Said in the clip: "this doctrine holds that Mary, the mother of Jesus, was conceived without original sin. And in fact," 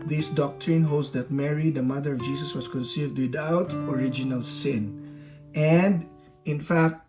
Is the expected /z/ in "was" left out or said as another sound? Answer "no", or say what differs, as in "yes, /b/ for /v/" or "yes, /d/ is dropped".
yes, /s/ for /z/